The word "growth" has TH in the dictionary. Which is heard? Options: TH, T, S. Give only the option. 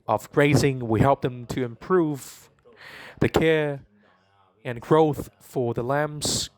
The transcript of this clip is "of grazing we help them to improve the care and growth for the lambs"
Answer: TH